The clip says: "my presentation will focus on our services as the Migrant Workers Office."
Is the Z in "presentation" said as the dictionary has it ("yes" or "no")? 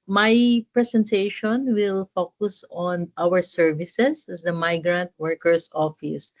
no